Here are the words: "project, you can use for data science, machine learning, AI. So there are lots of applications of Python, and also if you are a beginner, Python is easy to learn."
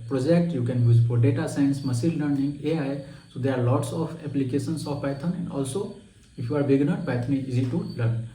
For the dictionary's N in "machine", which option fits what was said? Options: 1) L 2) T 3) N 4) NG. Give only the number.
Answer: 1